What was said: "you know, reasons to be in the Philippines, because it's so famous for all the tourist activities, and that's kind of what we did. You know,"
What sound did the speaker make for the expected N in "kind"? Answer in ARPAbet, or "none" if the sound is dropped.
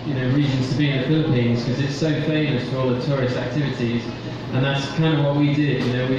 N